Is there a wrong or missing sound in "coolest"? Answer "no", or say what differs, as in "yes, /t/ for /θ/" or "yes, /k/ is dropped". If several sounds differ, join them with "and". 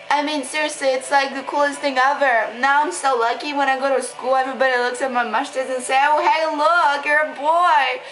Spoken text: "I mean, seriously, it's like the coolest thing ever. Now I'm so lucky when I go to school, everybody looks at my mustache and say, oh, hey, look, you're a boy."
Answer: no